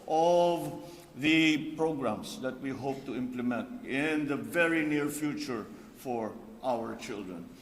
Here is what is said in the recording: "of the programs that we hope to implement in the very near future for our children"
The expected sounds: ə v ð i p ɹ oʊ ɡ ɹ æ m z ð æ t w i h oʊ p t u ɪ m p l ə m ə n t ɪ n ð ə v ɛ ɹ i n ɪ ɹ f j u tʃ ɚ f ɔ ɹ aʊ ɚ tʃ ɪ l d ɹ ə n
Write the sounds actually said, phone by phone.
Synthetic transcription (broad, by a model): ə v ð i p ɹ oʊ ɡ ɹ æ m s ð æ t w i h oʊ p t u ɪ m p l ə m ə n t ɪ n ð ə v ɛ ɹ i n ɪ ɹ f j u tʃ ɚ f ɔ ɹ aʊ ɚ tʃ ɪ l d ɹ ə n